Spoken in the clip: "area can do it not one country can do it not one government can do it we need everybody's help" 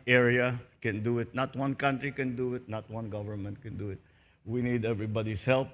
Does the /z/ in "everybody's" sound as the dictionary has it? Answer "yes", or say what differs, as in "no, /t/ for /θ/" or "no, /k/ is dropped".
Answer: no, /s/ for /z/